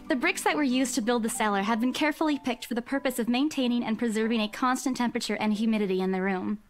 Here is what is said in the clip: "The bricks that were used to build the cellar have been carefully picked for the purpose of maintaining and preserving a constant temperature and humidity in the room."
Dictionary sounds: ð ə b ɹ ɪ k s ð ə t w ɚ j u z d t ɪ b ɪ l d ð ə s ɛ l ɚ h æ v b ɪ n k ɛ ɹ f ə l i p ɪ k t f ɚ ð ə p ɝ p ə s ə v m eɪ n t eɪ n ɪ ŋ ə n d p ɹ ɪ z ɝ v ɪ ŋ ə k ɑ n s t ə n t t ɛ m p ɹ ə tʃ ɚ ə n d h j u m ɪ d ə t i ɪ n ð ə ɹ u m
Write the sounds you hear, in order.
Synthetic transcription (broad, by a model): ð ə b ɹ ɪ k s ð ə t w ɚ j u z t ɪ b ɪ l d ð ə s ɛ l ɚ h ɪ v b ɪ n k ɛ ɹ f l i p ɪ k t f ɚ ð ə p ɝ p ə s ə v m eɪ n t eɪ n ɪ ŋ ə n p ɹ ɪ z ɝ v ɪ ŋ ə k ɑ n s t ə n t t ɛ m p ɹ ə tʃ ɚ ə n h j u m ɪ d ə t i ɪ n ð ə ɹ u m